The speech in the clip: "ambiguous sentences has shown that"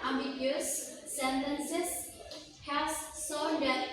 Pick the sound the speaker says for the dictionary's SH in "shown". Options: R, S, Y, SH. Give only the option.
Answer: S